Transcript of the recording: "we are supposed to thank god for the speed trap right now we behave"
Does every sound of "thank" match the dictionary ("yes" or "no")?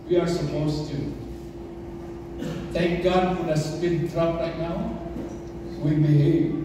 no